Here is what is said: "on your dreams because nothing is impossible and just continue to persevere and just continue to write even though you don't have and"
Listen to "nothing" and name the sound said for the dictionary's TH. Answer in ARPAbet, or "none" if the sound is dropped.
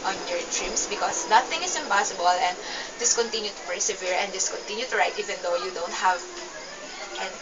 T